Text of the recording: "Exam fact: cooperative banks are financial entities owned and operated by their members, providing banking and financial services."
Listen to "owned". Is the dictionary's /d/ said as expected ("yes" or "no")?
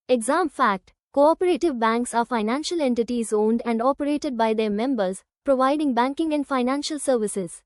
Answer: yes